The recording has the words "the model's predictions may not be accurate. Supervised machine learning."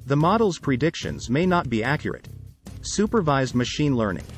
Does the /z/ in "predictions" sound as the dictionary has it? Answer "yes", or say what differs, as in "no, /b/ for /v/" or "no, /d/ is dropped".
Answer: yes